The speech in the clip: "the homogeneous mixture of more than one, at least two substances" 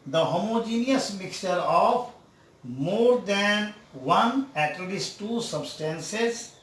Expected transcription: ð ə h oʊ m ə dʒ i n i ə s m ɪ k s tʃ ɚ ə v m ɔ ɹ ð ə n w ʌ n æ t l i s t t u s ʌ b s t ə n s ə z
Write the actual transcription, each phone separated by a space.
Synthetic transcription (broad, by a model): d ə h oʊ m ə dʒ i n i ə s m ɪ k s tʃ ɚ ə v m ɔ ɹ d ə n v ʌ n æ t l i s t t u s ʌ b s t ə n s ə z